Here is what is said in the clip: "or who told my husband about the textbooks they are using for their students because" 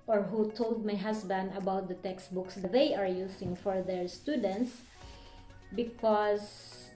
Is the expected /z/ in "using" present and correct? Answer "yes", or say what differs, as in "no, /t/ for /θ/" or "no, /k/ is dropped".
no, /s/ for /z/